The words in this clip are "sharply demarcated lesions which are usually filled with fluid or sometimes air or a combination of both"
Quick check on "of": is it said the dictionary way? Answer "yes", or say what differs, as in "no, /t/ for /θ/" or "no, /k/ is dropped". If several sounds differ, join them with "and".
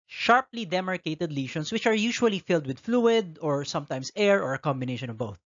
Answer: yes